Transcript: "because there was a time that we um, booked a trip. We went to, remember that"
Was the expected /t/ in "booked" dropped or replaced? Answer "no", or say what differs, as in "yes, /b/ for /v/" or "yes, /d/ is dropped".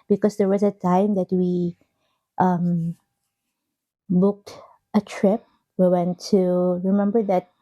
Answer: no